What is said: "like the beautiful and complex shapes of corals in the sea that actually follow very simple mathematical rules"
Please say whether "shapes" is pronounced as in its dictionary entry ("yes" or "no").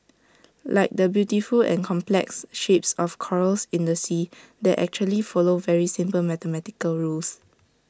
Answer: yes